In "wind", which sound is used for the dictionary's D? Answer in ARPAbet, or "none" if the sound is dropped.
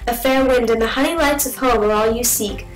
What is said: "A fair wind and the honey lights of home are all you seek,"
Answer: D